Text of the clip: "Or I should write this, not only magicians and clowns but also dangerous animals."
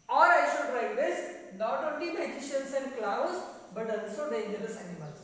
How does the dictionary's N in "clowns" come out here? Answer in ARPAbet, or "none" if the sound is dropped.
none